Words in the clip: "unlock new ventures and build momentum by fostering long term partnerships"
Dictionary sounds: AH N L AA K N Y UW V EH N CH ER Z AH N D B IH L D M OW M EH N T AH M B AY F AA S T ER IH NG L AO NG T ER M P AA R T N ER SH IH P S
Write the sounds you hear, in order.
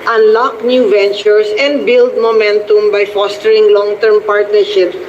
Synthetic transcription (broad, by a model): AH N L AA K N Y UW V EH N CH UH S AH N D B IH L D M OW M EH N T AH M B AY F AA S T ER IH NG L AO NG T ER M P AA R T N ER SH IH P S